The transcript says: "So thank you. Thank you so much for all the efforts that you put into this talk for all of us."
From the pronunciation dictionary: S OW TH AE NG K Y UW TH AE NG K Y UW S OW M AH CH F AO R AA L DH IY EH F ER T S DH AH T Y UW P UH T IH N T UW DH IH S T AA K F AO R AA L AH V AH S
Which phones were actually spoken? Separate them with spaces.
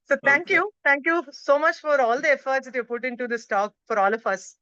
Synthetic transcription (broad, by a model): S OW T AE NG K Y UW T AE NG K Y UW S OW M AH CH F AO R AA L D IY EH F ER T S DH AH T Y UW P UH T IH N T UW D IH S T AA K F AO R AA L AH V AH S